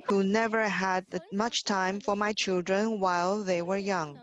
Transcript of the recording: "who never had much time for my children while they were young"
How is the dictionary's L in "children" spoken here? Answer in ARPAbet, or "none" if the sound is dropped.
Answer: L